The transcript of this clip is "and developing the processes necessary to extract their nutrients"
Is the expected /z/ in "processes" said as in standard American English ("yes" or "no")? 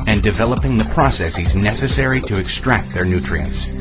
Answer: yes